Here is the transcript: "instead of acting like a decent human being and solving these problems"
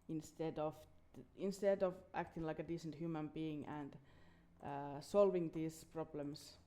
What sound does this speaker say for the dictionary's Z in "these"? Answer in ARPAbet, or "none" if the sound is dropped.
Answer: S